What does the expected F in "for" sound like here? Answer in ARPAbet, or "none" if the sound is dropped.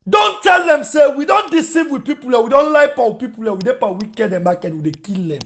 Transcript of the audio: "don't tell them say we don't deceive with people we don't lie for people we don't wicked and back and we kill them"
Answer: P